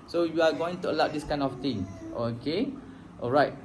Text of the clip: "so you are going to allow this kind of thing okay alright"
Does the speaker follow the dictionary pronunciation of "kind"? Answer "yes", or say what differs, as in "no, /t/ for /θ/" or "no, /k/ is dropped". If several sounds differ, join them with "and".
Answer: no, /d/ is dropped